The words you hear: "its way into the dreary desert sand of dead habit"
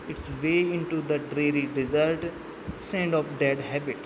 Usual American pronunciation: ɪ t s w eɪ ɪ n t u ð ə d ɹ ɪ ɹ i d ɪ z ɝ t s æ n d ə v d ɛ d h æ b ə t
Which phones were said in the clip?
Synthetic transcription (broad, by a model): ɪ t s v eɪ ɪ n t u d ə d ɹ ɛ ɹ i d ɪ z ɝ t s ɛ n d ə p d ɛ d h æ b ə t